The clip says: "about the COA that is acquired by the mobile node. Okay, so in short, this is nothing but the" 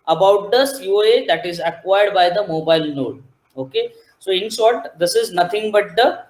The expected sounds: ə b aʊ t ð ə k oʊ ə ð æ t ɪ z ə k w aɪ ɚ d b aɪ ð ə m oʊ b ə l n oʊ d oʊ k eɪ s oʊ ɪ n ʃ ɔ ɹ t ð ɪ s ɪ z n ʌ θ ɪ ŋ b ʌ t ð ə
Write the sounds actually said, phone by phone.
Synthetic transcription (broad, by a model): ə b aʊ t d ə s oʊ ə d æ t ɪ z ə k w aɪ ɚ d b aɪ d ə m oʊ b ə l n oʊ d oʊ k eɪ s oʊ ɪ n s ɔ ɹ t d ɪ s ɪ z n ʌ t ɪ ŋ b ʌ t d ə